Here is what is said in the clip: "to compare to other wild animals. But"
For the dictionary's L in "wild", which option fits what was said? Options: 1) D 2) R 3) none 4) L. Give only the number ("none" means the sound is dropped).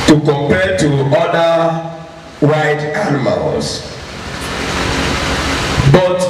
3